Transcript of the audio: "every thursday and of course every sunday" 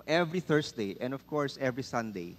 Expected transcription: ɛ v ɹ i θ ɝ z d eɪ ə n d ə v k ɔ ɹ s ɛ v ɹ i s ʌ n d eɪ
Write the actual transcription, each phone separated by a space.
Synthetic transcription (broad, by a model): ɛ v ɹ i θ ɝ s d eɪ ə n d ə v k ɔ ɹ s ɛ v ɹ i s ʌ n d eɪ